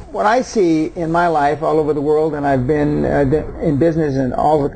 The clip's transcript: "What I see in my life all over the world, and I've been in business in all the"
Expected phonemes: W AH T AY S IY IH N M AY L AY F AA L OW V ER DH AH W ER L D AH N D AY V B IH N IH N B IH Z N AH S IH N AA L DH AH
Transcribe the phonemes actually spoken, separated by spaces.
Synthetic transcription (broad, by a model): W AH T AY S IY IH N M AY L AY F AA L OW V ER DH AH W ER L D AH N AY V B IH N IH N B IH Z N AH S IH N AA L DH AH